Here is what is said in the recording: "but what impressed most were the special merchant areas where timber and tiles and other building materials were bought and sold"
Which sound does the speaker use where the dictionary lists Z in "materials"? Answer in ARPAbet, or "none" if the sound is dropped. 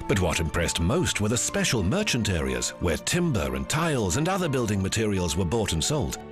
Z